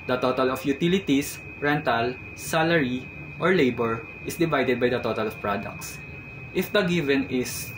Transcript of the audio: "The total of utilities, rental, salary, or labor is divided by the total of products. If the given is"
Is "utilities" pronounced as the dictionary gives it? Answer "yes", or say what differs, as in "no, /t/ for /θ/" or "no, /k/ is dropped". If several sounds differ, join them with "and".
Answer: no, /s/ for /z/